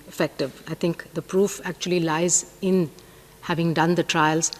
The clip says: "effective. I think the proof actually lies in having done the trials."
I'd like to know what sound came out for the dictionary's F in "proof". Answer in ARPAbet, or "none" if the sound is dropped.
F